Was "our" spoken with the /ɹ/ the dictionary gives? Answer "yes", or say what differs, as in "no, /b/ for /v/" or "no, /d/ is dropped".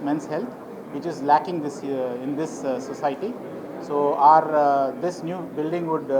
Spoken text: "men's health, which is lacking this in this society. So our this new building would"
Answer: yes